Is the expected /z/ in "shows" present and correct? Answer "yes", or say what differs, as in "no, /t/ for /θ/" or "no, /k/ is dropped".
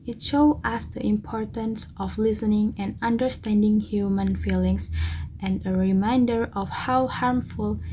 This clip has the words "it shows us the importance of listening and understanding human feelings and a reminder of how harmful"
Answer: no, /z/ is dropped